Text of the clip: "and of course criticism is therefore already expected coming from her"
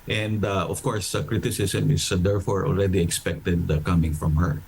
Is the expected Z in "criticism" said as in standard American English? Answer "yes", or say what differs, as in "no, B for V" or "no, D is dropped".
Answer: no, S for Z